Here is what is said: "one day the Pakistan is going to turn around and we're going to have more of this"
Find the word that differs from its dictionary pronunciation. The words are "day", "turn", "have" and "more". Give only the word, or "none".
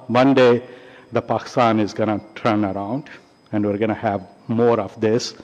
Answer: none